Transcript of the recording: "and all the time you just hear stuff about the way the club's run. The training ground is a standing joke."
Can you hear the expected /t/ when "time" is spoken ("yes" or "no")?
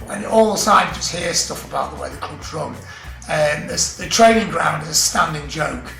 no